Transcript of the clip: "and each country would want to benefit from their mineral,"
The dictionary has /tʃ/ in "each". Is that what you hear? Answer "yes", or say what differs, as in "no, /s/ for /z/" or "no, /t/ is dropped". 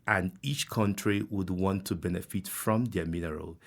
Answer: yes